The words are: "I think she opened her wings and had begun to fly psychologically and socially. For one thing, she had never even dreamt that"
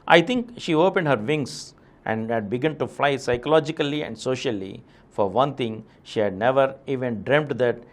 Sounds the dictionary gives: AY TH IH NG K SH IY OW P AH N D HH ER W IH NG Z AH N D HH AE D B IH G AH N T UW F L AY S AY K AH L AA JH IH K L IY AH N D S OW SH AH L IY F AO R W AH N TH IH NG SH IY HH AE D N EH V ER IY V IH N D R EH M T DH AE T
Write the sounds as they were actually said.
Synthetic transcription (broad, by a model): AY T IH NG K SH IY OW P AH N D HH ER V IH NG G AH N D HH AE D B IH G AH N T UW F L AY S AY K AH L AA JH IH K L IY AH N D S OW SH AH L IY F AO R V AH N T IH NG SH IY HH AE D N EH V ER IY V IH N D R EH M T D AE T